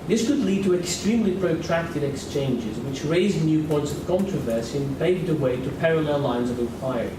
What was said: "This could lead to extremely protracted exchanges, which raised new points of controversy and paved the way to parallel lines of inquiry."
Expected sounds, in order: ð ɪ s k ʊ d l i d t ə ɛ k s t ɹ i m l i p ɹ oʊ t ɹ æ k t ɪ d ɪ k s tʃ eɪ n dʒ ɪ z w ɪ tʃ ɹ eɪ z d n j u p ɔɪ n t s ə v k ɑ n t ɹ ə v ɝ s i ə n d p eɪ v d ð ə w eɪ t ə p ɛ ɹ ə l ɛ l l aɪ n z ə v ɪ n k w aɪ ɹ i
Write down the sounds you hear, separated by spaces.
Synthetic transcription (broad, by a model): ð ɪ s k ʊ d l i d t ə ɛ k s t ɹ i m l i p ɹ oʊ t ɹ æ k t ɪ d ɪ k s tʃ eɪ n dʒ ɪ z w ɪ tʃ ɹ eɪ z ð n j u p ɔɪ n t s ə v k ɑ n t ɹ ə v ɝ s i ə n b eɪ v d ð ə w eɪ t ə p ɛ ɹ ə l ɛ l l aɪ n z ə v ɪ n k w aɪ ɹ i